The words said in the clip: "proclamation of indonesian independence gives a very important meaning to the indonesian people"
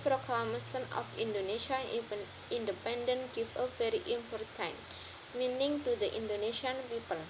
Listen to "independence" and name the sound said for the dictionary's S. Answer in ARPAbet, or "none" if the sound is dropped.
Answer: none